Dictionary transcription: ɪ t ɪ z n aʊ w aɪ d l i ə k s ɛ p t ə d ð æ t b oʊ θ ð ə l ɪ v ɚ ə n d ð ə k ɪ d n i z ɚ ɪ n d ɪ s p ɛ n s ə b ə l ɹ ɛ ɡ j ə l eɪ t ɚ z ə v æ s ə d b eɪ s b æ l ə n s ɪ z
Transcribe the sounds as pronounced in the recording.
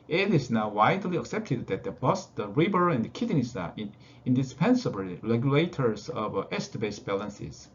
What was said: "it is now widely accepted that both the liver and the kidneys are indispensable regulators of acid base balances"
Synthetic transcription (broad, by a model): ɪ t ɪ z n aʊ w aɪ d l i ə k s ɛ p t ə d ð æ t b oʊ s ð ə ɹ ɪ b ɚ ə n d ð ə k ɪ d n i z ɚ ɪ n d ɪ s p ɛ n s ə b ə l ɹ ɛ ɡ j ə l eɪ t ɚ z ə v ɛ s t b eɪ s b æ l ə n s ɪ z